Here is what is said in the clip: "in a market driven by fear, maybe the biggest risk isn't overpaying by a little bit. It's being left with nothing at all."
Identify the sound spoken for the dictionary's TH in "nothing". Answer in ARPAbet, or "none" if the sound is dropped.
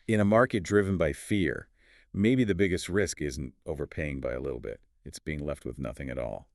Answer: TH